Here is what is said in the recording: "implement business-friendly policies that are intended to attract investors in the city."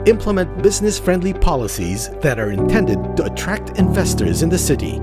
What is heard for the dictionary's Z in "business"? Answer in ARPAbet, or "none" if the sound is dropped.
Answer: Z